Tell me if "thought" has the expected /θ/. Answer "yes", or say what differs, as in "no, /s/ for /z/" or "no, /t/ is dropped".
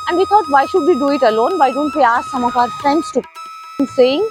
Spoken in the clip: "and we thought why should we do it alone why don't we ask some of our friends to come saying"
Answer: no, /t/ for /θ/